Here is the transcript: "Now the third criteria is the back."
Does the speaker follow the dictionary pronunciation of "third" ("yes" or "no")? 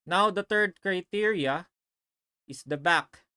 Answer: no